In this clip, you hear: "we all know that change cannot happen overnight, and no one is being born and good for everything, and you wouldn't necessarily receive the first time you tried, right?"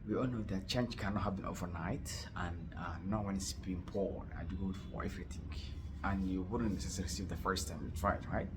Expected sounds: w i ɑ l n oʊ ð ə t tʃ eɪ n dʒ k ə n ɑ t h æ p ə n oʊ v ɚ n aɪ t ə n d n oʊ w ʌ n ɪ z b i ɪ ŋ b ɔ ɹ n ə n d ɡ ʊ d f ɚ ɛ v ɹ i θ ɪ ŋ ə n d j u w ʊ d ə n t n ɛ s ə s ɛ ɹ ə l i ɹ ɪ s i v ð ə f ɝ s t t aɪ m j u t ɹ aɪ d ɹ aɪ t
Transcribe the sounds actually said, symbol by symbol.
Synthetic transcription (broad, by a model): w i ɑ l n oʊ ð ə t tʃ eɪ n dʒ k ə n ɑ t h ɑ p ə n oʊ v ɚ n aɪ t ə n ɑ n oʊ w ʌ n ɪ s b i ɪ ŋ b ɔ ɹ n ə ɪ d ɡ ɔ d f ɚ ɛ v ɹ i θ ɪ ŋ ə n j u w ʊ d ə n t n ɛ s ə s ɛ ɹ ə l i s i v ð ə f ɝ s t t aɪ m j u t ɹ aɪ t ɹ aɪ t